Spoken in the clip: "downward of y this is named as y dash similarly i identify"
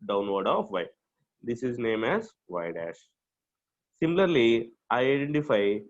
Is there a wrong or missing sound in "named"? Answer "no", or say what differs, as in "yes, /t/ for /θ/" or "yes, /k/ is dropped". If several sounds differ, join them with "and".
yes, /d/ is dropped